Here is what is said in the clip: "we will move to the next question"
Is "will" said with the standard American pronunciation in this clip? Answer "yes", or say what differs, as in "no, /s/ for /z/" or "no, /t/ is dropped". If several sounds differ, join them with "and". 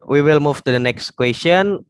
yes